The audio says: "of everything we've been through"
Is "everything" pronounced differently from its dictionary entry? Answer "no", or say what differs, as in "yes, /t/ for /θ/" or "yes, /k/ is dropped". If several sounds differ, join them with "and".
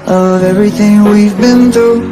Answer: no